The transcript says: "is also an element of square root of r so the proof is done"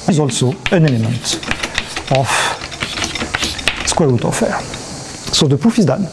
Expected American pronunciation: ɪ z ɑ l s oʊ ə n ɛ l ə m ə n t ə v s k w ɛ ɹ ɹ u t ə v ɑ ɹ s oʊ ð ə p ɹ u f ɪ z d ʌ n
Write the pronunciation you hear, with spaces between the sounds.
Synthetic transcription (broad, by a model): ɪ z ɑ l s oʊ ə n ɛ l ə m ə n t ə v s k w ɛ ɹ ɹ u t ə f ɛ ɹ s oʊ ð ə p u f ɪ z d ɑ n